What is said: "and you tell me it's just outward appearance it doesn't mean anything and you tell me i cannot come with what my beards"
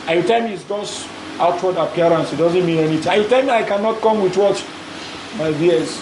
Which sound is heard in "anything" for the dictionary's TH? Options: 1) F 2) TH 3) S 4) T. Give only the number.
4